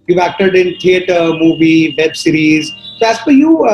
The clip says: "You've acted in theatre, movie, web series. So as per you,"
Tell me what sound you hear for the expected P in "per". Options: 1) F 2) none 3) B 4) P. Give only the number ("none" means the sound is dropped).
1